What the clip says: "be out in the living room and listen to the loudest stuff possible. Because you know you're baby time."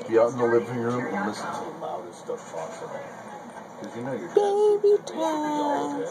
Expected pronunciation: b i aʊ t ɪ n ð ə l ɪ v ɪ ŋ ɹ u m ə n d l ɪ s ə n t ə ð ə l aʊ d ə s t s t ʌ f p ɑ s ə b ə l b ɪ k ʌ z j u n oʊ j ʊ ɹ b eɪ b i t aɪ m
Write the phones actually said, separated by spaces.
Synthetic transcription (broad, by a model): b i aʊ t n ð ə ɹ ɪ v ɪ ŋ ɹ u m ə n l ɪ s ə n t ə ð ə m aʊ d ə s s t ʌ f f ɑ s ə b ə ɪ k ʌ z j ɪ n oʊ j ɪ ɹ b eɪ b i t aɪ